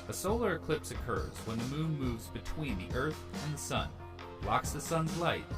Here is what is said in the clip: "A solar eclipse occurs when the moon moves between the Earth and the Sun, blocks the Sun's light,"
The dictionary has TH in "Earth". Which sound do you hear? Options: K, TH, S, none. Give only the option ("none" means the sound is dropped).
TH